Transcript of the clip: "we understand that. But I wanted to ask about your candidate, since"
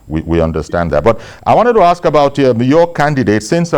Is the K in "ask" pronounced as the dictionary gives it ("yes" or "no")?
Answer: yes